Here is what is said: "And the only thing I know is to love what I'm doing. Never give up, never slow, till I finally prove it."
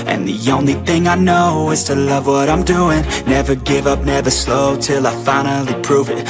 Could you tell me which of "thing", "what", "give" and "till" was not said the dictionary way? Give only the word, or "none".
none